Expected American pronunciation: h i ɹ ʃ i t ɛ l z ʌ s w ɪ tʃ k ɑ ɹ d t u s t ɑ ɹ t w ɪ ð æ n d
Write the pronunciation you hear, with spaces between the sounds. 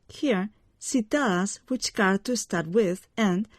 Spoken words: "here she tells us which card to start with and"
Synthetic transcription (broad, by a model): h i ɹ s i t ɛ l ʌ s w ɪ tʃ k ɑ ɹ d t u s t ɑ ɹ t w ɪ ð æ n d